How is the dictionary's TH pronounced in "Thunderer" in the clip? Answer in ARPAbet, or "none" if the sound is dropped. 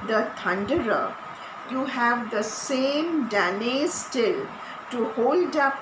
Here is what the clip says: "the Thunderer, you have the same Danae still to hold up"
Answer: T